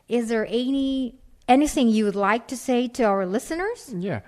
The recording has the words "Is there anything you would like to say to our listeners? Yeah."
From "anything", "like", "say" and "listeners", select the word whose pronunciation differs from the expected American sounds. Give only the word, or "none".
none